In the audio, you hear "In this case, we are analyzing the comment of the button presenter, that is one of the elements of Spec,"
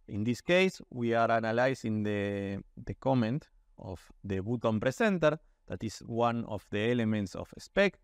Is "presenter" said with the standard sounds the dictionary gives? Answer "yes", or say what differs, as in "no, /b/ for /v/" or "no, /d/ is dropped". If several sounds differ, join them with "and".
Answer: no, /s/ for /z/